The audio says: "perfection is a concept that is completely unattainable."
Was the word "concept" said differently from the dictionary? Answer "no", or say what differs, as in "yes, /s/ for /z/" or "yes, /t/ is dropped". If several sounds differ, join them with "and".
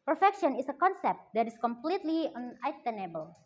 no